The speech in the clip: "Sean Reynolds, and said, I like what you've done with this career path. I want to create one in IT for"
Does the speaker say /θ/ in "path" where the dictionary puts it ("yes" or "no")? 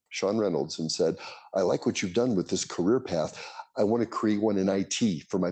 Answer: yes